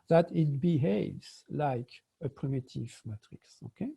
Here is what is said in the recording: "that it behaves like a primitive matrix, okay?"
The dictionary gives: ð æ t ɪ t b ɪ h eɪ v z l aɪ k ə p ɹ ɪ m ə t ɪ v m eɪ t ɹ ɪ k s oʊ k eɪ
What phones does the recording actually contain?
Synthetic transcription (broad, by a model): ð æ t ɪ t b ɪ h eɪ v z l aɪ k ə p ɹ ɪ m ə t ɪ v m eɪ t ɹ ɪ k s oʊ k eɪ